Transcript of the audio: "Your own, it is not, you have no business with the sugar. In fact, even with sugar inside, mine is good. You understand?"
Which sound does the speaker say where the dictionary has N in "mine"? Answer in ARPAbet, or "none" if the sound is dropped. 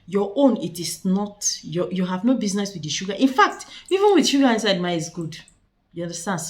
none